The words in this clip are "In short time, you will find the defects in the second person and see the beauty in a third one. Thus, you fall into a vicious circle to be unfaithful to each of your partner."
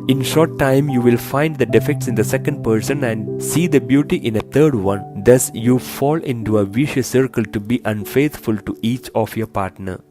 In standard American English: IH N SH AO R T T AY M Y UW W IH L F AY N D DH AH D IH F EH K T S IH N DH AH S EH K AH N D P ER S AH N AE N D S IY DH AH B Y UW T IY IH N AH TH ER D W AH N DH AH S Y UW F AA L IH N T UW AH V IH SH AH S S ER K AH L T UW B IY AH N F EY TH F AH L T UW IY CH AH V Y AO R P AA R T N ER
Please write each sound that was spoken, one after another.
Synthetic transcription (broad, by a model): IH N SH AO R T T AY M Y UW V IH L F AY N D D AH D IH F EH K T S IH N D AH S EH K AH N D P ER S AH N AE N D S IY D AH B Y UW T IY IH N AH T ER D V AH N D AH S Y UW F AA L IH N T UW AH V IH SH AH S S ER K AH L T UW B IY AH N F EY T F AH L T UW IY CH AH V Y AO R P AA R T N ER